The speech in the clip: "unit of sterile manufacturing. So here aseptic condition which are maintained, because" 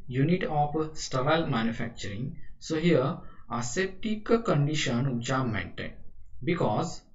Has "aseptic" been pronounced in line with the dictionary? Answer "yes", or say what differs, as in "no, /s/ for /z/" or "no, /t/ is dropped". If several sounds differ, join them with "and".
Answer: no, /p/ is dropped